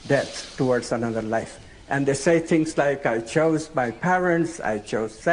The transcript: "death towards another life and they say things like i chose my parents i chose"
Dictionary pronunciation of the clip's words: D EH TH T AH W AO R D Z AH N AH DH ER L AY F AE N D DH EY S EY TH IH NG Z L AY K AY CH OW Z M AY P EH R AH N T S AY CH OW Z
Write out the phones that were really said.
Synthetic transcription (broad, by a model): D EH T T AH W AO R D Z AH N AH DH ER L AY F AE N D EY S EY T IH NG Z L AY K AY CH OW Z M AY P EH R AH N T S AY CH OW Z